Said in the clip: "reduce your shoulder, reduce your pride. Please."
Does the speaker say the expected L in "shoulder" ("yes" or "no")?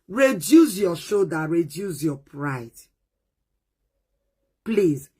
no